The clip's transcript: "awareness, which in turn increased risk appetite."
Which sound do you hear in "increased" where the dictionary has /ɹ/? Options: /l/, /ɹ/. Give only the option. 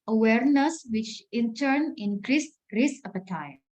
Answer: /ɹ/